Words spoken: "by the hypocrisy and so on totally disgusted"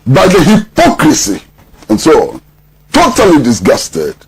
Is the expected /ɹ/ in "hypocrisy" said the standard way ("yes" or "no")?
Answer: yes